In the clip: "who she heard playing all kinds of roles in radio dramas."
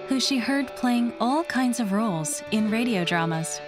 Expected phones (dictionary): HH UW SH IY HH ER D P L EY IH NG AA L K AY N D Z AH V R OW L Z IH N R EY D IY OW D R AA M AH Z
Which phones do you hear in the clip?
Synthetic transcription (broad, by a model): HH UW SH IY HH ER D P L EY IH NG AA L K AY N D Z AH V R OW L Z IH N R EY D IY OW D R AA M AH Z